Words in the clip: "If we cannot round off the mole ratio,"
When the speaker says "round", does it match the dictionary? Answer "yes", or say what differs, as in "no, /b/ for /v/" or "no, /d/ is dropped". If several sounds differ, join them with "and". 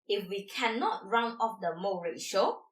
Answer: no, /d/ is dropped